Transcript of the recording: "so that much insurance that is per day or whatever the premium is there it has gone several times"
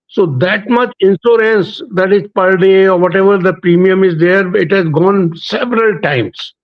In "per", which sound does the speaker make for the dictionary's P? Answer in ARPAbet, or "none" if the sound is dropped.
P